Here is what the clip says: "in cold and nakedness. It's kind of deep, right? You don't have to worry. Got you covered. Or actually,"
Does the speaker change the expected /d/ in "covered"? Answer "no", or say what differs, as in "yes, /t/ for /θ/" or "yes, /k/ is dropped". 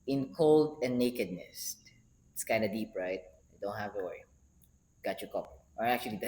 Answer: yes, /d/ is dropped